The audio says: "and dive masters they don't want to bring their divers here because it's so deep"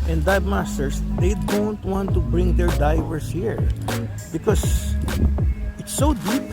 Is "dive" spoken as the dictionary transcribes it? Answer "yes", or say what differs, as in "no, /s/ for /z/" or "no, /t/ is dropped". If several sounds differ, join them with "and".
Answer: no, /b/ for /v/